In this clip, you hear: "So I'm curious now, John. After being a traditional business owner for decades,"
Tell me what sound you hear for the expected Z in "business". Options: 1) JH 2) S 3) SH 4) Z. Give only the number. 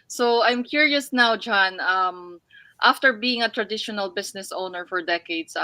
2